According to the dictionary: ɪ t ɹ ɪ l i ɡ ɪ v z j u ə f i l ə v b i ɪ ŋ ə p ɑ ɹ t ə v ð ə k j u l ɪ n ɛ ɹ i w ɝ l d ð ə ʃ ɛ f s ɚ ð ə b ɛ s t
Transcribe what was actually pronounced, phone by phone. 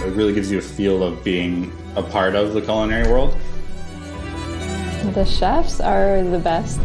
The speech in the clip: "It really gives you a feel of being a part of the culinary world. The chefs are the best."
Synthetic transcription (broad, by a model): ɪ t ɹ ɪ l i ɡ ɪ v z j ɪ ə f i l ə v b i ɪ ŋ ə p ɑ ɹ t ə v ð ə k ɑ l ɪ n ɛ ɹ i w ɝ l d ð ə ʃ ɛ f s ɚ ð ə b ɛ s t